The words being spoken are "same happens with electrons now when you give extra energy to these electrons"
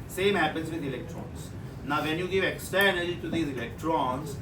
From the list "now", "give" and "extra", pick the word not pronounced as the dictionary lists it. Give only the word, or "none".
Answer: extra